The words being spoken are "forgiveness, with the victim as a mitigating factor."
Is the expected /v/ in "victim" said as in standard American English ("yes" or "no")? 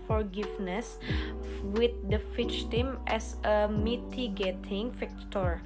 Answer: no